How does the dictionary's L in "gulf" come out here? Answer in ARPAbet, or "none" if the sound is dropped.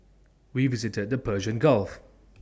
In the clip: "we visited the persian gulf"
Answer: L